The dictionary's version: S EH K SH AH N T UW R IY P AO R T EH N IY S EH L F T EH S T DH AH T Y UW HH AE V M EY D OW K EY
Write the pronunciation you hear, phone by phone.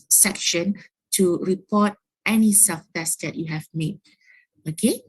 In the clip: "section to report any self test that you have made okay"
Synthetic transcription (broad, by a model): S EH K SH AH N T UW R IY P AO T EH N IY S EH F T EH S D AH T Y UW HH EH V M EY D OW K EY